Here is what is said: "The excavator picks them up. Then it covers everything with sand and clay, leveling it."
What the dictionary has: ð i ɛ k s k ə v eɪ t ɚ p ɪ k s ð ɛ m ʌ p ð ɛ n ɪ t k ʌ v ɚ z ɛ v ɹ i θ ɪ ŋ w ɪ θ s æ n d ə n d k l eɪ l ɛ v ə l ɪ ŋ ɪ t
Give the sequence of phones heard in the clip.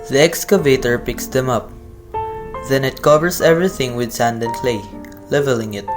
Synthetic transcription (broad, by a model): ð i ɛ k s k ə v eɪ t ɚ p ɪ k s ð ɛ m ʌ p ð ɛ n ɪ t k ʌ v ɚ s ɛ v ɹ i θ ɪ ŋ w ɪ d s æ n d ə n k l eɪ l ɛ v ə l ɪ ŋ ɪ t